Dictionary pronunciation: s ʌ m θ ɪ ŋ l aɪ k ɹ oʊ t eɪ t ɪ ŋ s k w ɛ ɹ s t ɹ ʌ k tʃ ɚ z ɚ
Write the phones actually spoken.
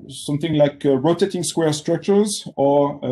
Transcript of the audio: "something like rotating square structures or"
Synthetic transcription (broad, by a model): s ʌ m θ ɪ ŋ l aɪ k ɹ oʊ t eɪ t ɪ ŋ s k w ɛ ɹ s t ɹ ʌ k tʃ ɚ z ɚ